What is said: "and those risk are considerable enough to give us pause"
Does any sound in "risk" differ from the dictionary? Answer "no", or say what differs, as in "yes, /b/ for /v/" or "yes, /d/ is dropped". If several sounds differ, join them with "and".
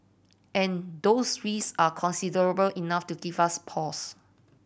yes, /k/ is dropped